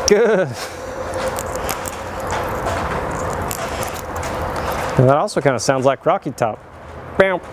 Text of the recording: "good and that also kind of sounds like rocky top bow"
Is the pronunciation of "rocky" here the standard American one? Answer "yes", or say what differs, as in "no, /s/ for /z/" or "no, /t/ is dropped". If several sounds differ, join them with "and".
yes